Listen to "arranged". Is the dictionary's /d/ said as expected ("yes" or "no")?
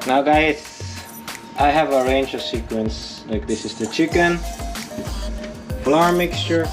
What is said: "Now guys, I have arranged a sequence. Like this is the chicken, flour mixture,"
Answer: no